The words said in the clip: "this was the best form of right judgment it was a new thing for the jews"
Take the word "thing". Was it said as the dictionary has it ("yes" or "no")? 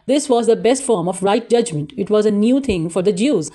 no